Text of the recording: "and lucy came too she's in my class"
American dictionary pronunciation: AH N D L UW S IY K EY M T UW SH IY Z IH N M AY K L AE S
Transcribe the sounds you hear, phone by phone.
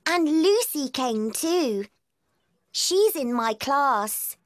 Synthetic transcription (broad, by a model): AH N L UW S IY K EY M T UW SH IY Z IH N M AY K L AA S